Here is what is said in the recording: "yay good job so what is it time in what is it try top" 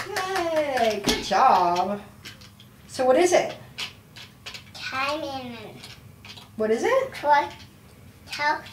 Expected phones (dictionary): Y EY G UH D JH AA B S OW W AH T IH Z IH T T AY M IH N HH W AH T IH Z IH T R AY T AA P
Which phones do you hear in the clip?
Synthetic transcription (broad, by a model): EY G UH D JH AA B S OW W AH T IH Z IH T T AY M IH N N W AH T IH Z IH T W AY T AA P